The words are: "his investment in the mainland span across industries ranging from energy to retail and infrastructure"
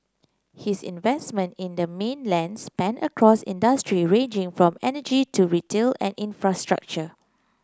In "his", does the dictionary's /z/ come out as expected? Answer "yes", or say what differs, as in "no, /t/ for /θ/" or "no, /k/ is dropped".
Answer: no, /s/ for /z/